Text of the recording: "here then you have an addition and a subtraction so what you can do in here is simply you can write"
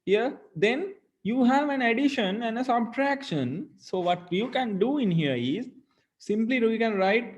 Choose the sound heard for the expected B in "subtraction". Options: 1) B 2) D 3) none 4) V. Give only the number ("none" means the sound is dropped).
1